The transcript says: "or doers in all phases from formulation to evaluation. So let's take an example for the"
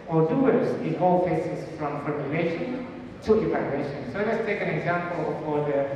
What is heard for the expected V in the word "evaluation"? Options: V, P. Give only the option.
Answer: P